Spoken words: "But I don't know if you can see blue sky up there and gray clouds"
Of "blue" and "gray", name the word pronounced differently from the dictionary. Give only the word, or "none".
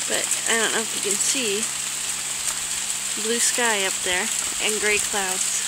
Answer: none